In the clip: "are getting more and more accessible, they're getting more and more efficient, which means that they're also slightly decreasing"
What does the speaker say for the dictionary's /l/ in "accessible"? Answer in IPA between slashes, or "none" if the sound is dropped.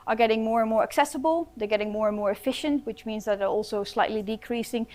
/l/